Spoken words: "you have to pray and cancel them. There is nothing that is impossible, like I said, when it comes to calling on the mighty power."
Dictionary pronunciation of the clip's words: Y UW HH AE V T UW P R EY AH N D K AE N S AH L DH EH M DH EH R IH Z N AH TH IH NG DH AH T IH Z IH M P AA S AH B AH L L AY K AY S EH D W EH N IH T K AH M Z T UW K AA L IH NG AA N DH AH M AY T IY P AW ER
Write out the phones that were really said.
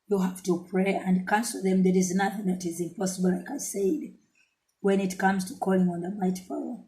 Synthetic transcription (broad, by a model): Y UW HH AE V T UW P R EY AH N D K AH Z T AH DH EH M DH EH R IH Z N AH TH IH NG DH AH T IH Z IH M P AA S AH B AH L L AY K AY S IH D W EH N IH T K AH M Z T UW K AA L IH NG AA N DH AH M AY T IY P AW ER